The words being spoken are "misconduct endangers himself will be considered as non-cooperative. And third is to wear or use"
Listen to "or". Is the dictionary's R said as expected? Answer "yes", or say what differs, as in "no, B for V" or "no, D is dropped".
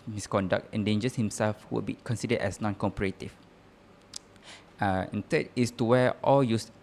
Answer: no, L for R